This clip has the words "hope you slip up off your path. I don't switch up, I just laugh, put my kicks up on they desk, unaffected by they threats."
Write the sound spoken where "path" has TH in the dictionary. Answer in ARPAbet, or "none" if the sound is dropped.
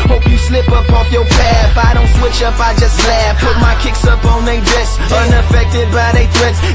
F